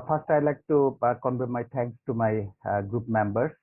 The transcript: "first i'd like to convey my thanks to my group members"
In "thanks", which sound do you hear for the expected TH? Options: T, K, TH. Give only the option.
T